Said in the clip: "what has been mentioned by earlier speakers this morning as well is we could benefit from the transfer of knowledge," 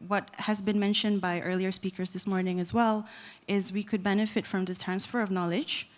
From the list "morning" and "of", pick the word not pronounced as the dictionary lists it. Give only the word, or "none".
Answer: none